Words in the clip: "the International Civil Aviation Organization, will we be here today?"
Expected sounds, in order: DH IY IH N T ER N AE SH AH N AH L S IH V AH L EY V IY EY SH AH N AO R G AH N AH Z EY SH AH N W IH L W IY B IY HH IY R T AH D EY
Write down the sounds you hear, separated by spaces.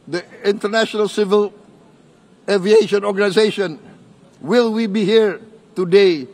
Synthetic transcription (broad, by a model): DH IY IH N T ER N AE SH AH N AH L S IH V AH L EY V IY EY SH AH N AO R G AH N AH Z EY SH AH N W IH L W IY B IY HH IY R T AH D EY